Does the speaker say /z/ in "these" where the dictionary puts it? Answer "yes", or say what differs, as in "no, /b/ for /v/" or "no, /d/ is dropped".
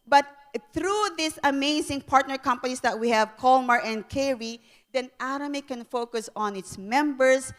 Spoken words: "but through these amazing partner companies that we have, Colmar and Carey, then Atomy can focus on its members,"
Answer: no, /s/ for /z/